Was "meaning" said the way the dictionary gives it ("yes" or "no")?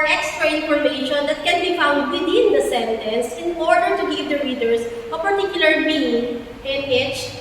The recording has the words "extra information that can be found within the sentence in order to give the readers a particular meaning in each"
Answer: no